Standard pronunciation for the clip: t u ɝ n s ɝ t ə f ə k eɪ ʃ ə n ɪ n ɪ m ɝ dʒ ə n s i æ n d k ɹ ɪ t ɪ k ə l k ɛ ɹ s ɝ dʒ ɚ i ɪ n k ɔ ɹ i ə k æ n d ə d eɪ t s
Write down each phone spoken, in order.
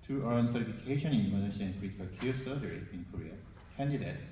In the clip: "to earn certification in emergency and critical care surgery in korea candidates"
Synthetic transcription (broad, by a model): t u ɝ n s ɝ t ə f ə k eɪ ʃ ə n ɪ n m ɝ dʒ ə s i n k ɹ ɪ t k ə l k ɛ s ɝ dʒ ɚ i ɪ n k ɔ ɹ i ə k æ n d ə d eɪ t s